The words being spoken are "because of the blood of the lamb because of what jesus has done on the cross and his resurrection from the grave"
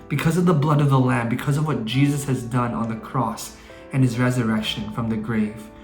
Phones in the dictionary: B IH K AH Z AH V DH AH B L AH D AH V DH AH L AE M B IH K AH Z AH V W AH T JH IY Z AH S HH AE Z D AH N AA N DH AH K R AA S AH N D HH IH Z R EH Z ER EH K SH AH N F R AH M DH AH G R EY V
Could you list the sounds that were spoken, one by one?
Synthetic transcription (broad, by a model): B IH K AH Z AH V DH AH B L AH D AH V DH AH L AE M B IH K AH Z AH V W AH T JH IY Z AH S HH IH Z D AH N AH N DH AH K R AA S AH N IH Z R EH Z ER EH K SH AH N F R AH M DH AH G R EY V